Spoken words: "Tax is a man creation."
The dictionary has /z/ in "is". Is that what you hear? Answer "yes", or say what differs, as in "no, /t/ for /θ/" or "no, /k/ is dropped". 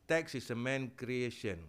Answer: no, /s/ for /z/